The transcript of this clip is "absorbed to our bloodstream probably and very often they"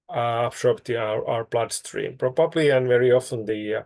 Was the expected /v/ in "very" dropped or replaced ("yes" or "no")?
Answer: no